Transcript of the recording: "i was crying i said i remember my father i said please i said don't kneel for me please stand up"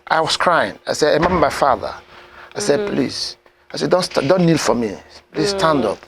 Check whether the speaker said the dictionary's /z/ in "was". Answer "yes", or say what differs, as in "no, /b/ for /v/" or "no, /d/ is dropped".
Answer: no, /s/ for /z/